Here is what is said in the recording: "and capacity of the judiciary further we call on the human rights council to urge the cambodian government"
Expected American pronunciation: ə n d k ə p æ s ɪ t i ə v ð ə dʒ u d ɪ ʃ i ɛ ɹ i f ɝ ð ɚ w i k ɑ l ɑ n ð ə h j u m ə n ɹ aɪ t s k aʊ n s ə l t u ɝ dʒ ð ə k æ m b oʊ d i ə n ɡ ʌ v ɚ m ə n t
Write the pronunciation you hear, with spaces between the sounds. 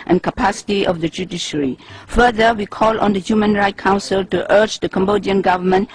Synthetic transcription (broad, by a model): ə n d k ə p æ s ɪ t i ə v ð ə dʒ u d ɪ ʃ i ɹ i f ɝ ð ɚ w i k ɑ l ɑ n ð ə h j u m ə n ɹ aɪ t k aʊ n s ə l t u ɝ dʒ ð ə k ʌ m b oʊ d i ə n ɡ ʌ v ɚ m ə n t